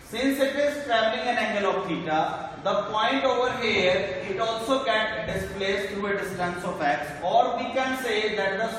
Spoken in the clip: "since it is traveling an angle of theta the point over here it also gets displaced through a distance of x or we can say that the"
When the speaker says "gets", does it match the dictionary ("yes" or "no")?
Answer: no